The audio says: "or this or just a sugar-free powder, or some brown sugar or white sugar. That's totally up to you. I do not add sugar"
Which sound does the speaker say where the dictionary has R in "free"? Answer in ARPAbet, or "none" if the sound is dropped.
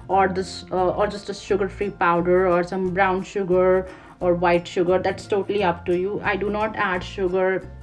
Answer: R